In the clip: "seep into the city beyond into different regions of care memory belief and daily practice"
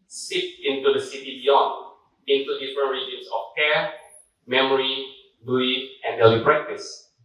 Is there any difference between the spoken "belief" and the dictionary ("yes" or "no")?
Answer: yes